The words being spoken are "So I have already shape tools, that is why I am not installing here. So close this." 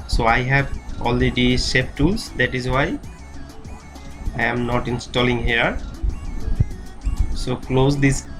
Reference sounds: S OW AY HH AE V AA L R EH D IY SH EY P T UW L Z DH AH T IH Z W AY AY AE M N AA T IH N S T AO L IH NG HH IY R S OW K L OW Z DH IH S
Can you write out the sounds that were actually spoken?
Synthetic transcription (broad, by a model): S OW AY HH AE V AA L R EH D IY S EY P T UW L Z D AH T IH Z W AY AY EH M N AA T IH N S T AO L IH NG HH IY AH S OW K L OW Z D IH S